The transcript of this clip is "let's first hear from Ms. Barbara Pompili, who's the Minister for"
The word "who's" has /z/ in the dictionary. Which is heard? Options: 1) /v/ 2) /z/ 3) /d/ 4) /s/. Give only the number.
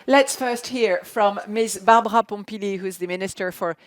2